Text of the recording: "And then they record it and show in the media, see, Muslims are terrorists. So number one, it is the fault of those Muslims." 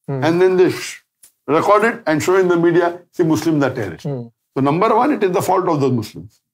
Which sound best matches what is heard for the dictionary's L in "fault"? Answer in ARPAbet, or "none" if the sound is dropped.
L